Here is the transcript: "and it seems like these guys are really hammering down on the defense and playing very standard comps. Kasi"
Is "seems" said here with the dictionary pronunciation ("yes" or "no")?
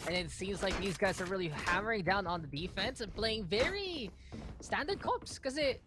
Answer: yes